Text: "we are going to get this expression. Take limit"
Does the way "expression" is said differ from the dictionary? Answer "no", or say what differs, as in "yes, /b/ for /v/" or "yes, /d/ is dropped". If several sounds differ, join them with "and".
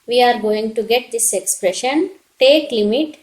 no